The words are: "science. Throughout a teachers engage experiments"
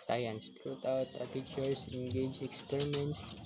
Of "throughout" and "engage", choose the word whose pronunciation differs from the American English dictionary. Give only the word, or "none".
throughout